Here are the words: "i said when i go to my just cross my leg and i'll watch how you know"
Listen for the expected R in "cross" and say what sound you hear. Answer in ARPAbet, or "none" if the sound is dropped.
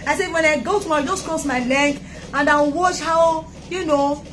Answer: none